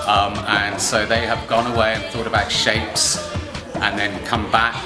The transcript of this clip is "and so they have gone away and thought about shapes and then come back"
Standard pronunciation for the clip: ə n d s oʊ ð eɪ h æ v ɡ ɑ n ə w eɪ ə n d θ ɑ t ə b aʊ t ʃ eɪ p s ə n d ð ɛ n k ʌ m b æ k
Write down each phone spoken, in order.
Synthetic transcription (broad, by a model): ə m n s oʊ ð eɪ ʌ v ɡ ɑ n ə w eɪ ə n θ ɑ t ə b aʊ t ʃ eɪ p s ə n ð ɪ n k ʌ m b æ k